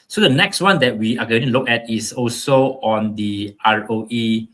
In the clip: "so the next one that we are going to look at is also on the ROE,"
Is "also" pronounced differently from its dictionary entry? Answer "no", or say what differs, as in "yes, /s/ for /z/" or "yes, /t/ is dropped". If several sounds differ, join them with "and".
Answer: no